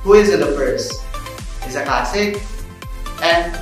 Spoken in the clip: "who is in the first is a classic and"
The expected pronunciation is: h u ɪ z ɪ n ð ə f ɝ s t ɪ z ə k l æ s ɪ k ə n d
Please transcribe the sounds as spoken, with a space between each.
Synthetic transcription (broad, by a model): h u ɪ z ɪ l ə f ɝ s ɪ z ə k l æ s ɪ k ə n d